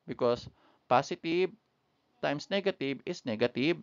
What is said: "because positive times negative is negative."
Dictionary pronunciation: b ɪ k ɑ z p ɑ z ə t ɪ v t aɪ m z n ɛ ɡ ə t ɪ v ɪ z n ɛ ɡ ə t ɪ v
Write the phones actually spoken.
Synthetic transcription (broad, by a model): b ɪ k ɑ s p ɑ s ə t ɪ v t aɪ m s n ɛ ɡ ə t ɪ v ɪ s n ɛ ɡ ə t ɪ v